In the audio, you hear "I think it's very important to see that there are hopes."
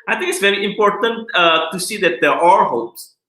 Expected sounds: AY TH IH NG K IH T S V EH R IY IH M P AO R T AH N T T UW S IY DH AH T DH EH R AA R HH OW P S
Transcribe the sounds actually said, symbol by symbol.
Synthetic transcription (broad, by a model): AY T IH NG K IH T S V EH R IY IH M P AO R T AH N T T UW S IY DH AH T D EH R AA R HH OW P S